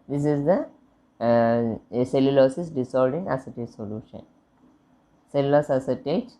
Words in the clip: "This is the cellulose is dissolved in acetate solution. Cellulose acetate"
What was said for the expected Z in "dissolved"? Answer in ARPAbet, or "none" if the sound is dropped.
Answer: S